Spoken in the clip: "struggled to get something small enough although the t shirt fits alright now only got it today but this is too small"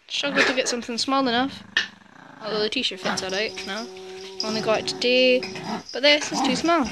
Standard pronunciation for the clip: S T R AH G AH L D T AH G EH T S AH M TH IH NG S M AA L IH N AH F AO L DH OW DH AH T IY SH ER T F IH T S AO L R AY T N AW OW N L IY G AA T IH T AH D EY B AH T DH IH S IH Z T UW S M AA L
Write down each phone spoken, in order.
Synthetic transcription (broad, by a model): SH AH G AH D T AH G EH T S AH M TH IH NG S M AA L IH N AH F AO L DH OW DH AH T IY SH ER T F IH T S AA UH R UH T N AW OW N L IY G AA IH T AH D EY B AH T DH IH S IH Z T UW S M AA L